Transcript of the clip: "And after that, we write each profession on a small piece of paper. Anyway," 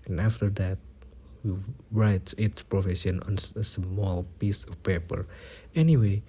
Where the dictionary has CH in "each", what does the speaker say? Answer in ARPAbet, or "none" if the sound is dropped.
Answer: S